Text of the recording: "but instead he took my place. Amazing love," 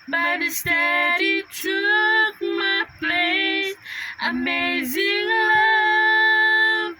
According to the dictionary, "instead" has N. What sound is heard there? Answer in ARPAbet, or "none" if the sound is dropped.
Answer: none